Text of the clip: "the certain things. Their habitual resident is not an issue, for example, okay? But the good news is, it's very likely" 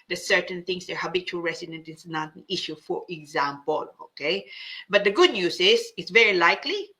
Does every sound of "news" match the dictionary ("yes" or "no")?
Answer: no